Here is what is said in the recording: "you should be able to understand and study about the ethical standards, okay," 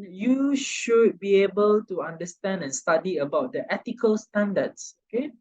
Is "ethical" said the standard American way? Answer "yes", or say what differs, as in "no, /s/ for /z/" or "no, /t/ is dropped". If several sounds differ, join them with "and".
no, /t/ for /θ/